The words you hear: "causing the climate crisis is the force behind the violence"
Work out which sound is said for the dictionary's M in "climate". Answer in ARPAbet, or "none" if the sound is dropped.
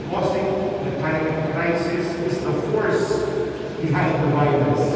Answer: none